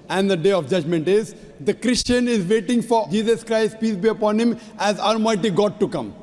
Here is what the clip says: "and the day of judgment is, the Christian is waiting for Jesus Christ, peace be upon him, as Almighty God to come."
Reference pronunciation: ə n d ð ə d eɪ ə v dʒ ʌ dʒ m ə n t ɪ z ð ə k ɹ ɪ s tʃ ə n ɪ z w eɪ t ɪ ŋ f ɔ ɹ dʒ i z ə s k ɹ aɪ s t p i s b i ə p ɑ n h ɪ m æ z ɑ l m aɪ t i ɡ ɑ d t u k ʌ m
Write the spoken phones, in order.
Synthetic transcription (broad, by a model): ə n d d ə d eɪ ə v dʒ ʌ dʒ m ə n t ɪ z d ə k ɹ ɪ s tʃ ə n ɪ z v eɪ t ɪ ŋ f ɔ ɹ dʒ i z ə s k ɹ aɪ s t p i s b i ə p ɑ n h ɪ m æ z ɑ l m aɪ t i ɡ ɑ d t u k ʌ m